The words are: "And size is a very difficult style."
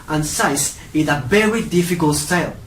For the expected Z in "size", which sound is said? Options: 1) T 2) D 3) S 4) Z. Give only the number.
3